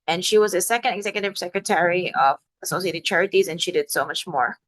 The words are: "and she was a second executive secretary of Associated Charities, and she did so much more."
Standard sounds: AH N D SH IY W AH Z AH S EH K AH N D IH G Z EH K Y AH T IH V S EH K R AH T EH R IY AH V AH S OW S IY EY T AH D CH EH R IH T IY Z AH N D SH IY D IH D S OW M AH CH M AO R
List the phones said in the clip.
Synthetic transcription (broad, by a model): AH N SH IY W AH Z AH S EH K AH N D IH G Z EH K Y AH T IH V S EH K R AH T EH R IY AH V AH S OW S IY EY T AH D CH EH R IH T IY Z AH N SH IY D IH D S OW M AH CH M AO R